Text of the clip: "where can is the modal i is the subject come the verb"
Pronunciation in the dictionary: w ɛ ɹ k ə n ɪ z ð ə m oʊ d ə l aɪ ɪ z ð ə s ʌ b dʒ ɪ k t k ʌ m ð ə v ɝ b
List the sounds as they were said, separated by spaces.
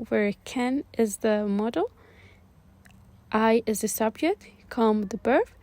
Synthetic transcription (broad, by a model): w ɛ ɹ k ə n ɪ z ð ə m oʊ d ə l aɪ ɪ z ð ə s ʌ b dʒ ɪ k t k ʌ m ð ə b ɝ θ